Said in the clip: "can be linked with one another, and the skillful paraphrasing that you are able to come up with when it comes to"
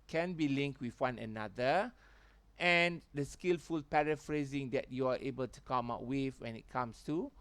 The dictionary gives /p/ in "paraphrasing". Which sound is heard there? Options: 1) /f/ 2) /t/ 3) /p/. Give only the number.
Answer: 3